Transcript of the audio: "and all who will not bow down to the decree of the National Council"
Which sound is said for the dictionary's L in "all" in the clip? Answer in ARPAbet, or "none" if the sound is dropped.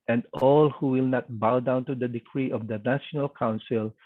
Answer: L